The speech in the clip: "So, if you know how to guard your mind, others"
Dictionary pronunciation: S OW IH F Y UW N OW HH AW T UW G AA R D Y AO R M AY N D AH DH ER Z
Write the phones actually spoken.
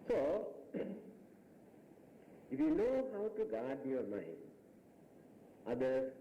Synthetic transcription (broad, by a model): S OW IH F Y UW N OW HH AW T UW G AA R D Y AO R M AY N AH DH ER